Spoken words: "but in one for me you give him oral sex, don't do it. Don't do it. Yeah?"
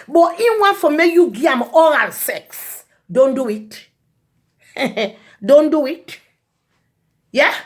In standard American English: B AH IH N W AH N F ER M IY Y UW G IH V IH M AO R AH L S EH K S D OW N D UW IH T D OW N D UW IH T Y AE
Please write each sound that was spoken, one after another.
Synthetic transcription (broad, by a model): B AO IH N W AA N F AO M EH Y UW G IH IH M AO R AH L S EH K S D OW N D UW IH T D OW N D UW IH T Y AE